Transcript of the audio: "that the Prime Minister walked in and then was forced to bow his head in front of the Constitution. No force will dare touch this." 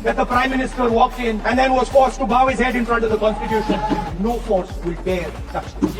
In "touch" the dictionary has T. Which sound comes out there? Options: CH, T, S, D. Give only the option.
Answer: S